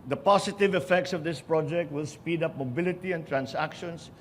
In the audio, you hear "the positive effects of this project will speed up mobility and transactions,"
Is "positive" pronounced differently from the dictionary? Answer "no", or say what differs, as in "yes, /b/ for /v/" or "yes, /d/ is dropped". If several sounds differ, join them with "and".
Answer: yes, /s/ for /z/